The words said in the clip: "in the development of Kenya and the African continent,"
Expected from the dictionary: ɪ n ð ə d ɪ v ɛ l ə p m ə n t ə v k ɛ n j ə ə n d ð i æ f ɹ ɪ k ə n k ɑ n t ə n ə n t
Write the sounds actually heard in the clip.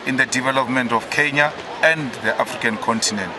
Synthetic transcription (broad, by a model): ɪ n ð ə d ɪ v ɛ l ə p m ə n t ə f k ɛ n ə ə n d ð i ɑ f ɹ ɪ k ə n k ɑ n t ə n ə n t